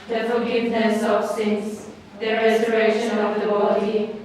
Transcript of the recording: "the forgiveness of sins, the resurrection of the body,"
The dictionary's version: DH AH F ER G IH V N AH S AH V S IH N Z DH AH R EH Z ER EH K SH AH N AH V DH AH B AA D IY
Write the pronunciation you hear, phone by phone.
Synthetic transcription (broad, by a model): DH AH F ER G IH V N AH S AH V S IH N S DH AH R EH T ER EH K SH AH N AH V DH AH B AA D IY